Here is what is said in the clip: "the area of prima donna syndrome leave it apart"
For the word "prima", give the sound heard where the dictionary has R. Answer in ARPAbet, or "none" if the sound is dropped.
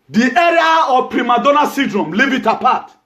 R